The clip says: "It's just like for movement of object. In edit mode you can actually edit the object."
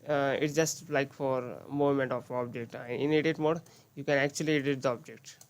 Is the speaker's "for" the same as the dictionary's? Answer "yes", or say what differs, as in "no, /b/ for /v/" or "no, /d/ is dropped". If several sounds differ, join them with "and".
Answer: yes